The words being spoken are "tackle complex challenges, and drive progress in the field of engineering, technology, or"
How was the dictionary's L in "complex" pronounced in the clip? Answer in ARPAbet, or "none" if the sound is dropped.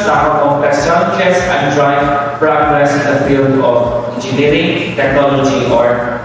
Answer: none